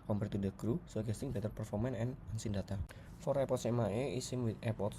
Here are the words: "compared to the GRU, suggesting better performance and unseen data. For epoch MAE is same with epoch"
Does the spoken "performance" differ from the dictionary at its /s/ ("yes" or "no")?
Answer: yes